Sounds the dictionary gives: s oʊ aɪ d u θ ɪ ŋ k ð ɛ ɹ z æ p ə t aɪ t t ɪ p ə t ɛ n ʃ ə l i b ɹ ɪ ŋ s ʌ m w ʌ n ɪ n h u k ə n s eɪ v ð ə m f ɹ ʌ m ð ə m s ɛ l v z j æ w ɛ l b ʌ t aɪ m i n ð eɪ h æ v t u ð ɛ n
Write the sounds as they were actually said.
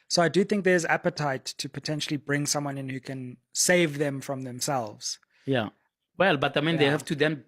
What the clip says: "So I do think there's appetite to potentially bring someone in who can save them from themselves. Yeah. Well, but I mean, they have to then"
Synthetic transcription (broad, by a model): s oʊ aɪ d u θ ɪ ŋ k ð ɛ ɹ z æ p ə t aɪ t t ɪ p ə t ɛ n ʃ ə l i b ɹ ɪ ŋ s ʌ m w ʌ n ɪ n h u k ə n s eɪ v ð ə m f ɹ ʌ m ð ə m s ɛ l v z j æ w ɛ l b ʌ t aɪ m i n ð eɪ h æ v t u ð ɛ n